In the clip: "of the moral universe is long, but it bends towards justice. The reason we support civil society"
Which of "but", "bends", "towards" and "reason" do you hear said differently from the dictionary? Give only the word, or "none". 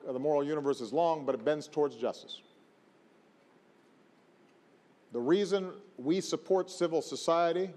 none